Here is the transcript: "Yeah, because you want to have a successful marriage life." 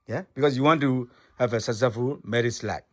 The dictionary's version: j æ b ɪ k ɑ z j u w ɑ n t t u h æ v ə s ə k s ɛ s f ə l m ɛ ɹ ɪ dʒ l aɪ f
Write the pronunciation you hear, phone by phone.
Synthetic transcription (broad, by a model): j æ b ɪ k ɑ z j u w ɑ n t t u h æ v ə s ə s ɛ f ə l m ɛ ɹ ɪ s l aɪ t